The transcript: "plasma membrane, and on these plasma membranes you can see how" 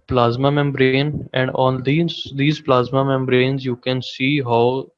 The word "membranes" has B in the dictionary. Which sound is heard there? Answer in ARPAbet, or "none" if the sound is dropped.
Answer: B